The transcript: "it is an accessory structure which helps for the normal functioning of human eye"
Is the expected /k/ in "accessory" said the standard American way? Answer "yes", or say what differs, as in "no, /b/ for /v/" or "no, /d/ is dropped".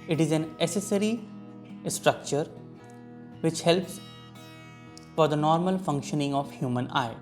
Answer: no, /k/ is dropped